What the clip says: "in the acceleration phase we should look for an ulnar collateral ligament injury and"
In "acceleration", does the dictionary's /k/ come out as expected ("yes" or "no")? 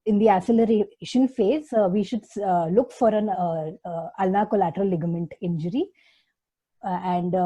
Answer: no